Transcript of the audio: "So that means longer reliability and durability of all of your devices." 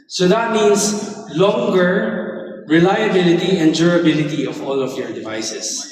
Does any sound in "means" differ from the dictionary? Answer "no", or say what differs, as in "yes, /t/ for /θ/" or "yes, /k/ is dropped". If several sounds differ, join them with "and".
yes, /s/ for /z/